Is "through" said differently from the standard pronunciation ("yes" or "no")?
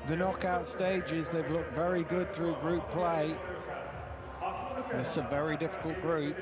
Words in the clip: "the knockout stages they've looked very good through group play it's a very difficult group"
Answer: no